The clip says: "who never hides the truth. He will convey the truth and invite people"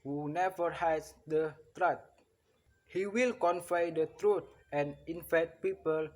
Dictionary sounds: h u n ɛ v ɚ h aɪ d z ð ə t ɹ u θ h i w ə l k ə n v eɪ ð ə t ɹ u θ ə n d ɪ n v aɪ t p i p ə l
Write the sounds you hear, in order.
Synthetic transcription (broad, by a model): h u n ɛ v ɚ h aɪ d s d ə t ɹ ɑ t h i w ə l k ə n f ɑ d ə t ɹ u t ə n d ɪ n f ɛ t p i p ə l